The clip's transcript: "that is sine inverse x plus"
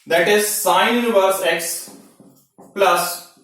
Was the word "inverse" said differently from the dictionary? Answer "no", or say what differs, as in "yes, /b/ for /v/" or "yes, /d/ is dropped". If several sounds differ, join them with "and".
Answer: yes, /n/ is dropped